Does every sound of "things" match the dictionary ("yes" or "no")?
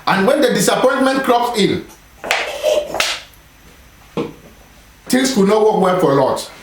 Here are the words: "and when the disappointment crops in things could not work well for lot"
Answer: no